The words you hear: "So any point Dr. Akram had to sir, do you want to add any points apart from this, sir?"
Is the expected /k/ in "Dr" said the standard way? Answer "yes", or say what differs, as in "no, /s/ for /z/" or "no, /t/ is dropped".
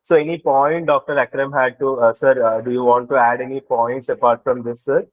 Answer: yes